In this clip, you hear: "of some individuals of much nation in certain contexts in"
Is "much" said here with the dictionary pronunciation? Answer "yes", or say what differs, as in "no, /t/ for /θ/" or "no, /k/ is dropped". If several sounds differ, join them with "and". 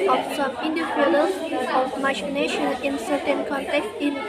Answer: no, /ʃ/ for /tʃ/